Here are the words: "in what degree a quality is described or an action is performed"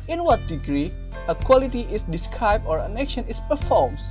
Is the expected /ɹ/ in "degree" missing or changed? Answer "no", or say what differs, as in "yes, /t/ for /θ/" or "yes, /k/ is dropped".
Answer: no